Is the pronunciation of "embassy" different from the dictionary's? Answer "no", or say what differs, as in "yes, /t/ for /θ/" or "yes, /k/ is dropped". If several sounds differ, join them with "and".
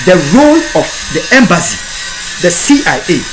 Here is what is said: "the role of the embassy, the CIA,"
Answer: no